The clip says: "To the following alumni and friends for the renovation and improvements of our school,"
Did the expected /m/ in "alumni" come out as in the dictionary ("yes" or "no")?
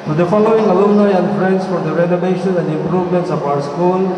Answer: no